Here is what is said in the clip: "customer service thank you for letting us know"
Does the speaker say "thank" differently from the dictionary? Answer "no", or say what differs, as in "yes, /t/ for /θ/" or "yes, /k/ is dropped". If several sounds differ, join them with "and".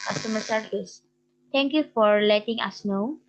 yes, /t/ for /θ/